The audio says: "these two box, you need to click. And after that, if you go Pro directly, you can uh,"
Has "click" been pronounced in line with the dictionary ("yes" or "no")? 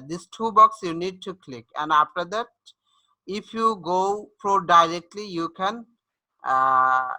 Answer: yes